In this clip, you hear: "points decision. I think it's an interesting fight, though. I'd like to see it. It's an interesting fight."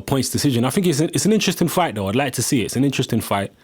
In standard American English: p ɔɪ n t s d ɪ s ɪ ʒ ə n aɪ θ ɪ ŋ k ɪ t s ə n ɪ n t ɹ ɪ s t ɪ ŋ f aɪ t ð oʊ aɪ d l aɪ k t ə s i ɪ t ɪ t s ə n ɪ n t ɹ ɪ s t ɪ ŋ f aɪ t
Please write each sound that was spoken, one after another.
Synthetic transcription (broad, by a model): p ɔɪ n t s d ɪ s ɪ ʒ ə n aɪ θ ɪ ŋ k ɪ t s ə n ɪ n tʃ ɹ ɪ s t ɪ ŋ f aɪ t ð oʊ aɪ d l aɪ k t ə s i ɪ t ɪ t s ə n ɪ n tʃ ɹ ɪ s t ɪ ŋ f aɪ t